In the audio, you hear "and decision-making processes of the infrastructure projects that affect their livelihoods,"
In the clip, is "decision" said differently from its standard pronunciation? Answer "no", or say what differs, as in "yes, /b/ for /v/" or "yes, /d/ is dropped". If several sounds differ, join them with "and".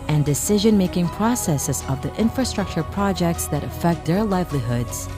no